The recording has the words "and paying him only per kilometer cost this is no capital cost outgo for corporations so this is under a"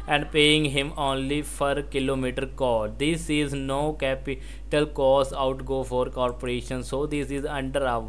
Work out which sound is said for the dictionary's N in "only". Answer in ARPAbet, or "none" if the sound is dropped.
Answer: N